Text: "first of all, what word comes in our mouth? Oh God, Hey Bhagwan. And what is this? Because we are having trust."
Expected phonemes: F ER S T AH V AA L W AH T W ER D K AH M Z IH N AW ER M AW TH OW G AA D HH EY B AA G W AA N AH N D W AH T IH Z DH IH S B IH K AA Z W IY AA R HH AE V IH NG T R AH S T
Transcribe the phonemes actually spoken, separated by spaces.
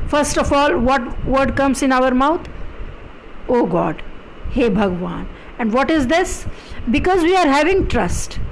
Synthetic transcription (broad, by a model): F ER S T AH F AA L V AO T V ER D K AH M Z IH N AW ER M AW T OW G AA D HH EY B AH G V AA N AH N D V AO T IH Z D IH S B IH K AA Z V IY AA R HH AE V IH NG T R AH S T